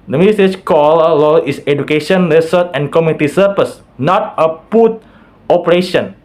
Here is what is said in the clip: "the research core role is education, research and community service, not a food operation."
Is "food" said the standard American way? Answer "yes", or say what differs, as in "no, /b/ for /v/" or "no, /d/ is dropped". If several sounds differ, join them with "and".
no, /p/ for /f/